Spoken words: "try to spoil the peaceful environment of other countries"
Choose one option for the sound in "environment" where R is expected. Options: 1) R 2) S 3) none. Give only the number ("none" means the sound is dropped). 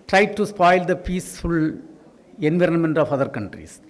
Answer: 1